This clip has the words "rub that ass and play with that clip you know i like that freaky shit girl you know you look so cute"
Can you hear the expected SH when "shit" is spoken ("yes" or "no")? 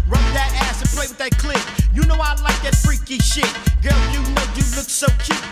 yes